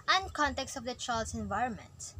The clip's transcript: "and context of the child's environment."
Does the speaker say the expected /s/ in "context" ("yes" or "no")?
yes